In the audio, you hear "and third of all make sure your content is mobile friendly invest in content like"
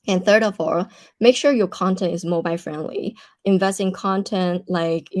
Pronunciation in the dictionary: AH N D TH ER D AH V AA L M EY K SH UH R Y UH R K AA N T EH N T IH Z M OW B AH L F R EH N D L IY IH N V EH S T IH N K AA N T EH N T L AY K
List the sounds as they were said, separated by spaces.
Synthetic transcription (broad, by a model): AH N TH ER D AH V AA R M EY K SH UH R Y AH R K AA N T EH N T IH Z M OW B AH L F R EH N D L IY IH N V EH S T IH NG K AA N T EH N T L AY K